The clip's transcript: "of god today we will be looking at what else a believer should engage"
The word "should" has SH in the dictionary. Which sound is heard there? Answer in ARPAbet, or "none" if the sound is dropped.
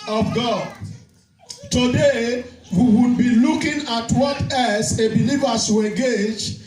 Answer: S